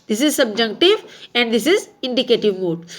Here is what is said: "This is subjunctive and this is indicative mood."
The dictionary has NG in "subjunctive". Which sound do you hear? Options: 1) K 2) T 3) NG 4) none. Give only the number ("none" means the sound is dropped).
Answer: 4